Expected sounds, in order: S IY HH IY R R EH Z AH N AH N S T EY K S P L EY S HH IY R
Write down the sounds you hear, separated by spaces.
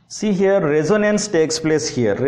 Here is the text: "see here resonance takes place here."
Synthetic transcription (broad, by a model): S IY HH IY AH R EH Z AH N AH N S T EY K S P L EY S HH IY R